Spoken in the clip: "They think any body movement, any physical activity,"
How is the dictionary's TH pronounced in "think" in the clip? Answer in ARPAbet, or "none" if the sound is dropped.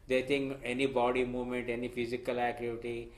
T